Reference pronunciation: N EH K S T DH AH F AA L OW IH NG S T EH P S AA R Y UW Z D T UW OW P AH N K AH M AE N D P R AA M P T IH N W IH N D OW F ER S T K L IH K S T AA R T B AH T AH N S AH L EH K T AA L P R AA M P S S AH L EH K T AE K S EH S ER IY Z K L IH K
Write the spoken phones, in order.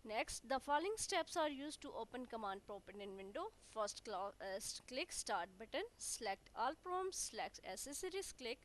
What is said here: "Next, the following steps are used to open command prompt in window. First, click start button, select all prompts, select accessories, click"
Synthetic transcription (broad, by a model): N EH K S T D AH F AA L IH NG S T EH P S AA R Y UW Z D T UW OW P AH N K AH M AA N D P R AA P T IH N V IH N D OW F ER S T K L IH K S T AA R T B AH T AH N S L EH K T AA L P R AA M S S L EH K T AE S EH S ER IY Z K L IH K